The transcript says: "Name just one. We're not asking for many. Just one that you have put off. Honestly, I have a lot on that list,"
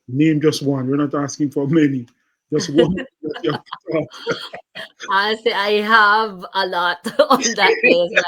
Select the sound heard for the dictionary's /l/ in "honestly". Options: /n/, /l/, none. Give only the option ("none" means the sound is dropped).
none